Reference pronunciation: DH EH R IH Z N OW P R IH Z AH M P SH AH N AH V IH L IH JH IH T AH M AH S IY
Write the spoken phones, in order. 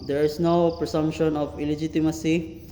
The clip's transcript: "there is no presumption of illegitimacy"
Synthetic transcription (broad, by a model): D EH R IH S N OW P R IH S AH M P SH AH N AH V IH L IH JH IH T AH M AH S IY